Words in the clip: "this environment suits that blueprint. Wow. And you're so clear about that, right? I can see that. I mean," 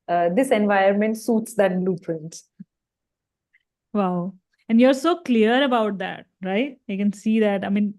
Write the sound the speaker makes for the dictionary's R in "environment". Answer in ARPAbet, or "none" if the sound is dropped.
none